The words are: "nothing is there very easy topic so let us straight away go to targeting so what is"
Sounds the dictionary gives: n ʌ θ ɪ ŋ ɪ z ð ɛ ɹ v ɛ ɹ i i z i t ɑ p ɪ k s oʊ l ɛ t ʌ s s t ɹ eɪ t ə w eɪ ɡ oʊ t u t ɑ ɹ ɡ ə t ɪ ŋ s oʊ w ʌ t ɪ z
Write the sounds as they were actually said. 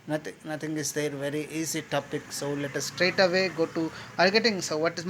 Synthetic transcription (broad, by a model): n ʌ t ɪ ŋ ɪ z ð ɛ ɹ v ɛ ɹ i i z i t ɑ p ɪ k s oʊ l ɛ t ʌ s s t ɹ eɪ t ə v eɪ ɡ oʊ t u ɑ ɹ ɡ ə t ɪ ŋ s oʊ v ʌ t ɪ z